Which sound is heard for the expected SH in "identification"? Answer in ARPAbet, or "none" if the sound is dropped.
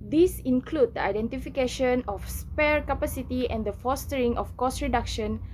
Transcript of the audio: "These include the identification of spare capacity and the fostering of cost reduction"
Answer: SH